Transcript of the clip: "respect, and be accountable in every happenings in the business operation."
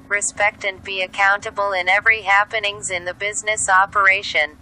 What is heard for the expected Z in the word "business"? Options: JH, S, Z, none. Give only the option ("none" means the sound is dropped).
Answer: Z